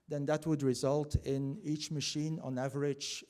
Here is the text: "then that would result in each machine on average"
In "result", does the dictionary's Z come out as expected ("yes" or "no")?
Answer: yes